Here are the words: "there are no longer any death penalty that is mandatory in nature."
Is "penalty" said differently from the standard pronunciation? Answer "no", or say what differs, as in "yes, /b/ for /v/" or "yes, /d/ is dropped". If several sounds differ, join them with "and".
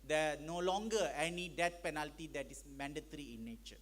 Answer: no